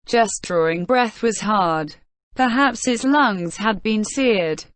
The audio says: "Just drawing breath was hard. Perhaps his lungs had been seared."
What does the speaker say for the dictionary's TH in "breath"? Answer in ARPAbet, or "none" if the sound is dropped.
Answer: TH